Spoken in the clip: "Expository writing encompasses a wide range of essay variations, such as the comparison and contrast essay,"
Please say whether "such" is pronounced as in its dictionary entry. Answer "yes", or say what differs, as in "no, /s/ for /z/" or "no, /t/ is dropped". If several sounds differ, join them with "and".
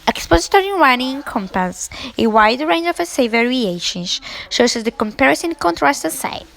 no, /s/ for /tʃ/